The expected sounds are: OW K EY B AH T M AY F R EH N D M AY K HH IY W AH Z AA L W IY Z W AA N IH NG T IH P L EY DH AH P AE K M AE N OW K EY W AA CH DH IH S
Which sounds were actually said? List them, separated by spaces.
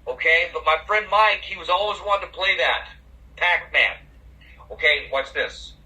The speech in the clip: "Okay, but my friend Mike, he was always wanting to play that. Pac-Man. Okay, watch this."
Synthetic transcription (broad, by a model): OW K EY B AH T M AY F R EH N D M AY K HH IY W AH Z AA L W IY Z W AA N T IH P L EY DH AH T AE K M AE N OW K EY W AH S DH IH S